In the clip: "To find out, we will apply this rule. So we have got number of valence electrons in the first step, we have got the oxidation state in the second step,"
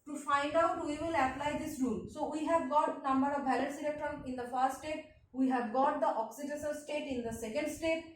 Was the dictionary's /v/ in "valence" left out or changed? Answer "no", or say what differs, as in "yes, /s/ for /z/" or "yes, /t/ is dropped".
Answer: yes, /b/ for /v/